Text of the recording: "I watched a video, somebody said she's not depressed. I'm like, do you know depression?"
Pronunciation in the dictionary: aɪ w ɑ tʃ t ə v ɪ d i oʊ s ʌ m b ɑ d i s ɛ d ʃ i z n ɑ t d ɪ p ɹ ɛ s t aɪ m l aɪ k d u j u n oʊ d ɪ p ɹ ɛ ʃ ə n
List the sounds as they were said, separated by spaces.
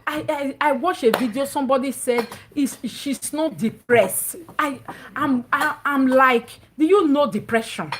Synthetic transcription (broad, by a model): aɪ w ɑ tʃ ə v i d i oʊ s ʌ m b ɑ d i s ɛ d ʃ i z n ɑ t d ɪ p ɹ ɛ s t aɪ m l aɪ k d u j u n oʊ d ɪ p ɹ ɛ ʃ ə n